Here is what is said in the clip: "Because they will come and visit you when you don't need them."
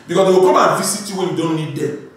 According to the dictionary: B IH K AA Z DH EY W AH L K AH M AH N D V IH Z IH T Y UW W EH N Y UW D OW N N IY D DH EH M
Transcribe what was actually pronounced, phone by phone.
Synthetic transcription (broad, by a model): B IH K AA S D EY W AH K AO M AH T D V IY S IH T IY W EH N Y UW D OW N N IY D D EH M